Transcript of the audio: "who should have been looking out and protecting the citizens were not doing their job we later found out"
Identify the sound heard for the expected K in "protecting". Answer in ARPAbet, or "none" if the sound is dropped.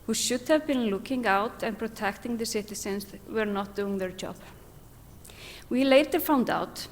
K